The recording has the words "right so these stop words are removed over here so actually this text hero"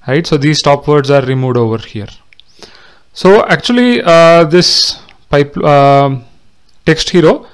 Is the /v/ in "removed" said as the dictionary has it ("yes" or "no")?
yes